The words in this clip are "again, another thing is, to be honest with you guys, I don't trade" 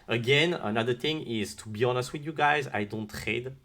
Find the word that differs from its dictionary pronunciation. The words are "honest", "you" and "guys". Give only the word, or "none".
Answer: none